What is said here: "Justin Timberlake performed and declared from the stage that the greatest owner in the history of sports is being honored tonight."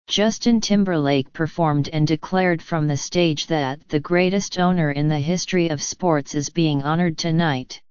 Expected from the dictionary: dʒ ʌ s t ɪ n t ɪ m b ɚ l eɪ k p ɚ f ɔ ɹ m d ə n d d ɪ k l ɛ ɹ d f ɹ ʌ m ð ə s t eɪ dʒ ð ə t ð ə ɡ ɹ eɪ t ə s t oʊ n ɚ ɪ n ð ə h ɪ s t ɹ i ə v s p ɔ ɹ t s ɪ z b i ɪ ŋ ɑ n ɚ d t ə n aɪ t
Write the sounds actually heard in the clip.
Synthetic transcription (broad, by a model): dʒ ʌ s t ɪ n t ɪ m b ɚ l eɪ k p ɚ f ɔ ɹ m d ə n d d ɪ k l ɛ ɹ d f ɹ ʌ m ð ə s t eɪ dʒ ð ə t ð ə ɡ ɹ eɪ t ə s t oʊ n ɚ ɪ n ð ə h ɪ s t ɹ i ə v s p ɔ ɹ t s ɪ z b i ɪ ŋ ɑ n ɚ d t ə n aɪ t